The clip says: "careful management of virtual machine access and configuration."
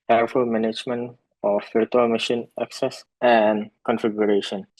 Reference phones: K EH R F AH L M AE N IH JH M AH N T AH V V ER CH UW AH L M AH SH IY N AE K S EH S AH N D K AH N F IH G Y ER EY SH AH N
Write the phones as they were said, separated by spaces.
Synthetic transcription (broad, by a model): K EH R F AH L M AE N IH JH M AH N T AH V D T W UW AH M AH SH IY N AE K S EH S AH N D K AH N F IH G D EY SH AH N